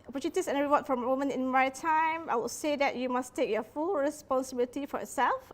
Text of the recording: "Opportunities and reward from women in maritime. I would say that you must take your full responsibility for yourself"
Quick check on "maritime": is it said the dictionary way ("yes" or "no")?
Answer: no